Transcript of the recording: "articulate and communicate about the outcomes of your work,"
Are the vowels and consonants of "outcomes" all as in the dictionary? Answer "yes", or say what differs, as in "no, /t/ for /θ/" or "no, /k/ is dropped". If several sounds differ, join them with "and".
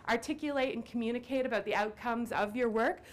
yes